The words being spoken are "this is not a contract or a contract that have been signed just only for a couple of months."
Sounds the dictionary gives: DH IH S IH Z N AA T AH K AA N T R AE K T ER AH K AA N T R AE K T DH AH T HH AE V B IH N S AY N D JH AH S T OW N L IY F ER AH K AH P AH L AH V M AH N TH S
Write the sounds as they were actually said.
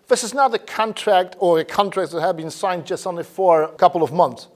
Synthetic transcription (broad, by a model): DH IH S IH Z N AA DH AH K AA N T R AE K T ER AH K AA N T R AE K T DH AH T HH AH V B IH N S AY N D JH AH S T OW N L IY F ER AH K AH P L AH V M AH N TH S